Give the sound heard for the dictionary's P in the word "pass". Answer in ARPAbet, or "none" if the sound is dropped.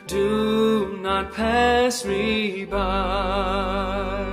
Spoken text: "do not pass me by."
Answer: P